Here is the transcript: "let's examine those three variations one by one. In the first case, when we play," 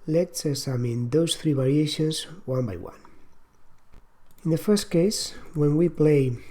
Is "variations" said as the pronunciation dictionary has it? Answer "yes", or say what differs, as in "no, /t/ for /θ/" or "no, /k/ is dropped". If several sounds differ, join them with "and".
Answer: no, /b/ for /v/